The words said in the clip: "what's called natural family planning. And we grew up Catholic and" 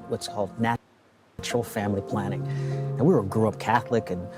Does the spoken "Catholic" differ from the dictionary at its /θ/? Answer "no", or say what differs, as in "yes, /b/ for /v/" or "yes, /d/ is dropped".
no